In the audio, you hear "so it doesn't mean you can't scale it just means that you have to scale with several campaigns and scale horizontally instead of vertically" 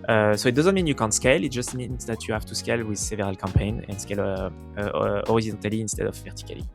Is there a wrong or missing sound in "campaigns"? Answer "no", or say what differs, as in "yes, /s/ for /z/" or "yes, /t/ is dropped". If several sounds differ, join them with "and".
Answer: yes, /z/ is dropped